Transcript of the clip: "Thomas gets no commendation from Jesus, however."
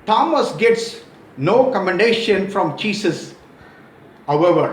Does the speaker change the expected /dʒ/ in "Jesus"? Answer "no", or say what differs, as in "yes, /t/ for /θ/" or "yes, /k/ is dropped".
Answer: yes, /tʃ/ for /dʒ/